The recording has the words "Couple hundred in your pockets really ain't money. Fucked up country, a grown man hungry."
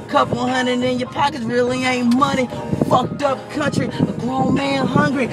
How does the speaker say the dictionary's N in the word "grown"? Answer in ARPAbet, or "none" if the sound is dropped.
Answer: L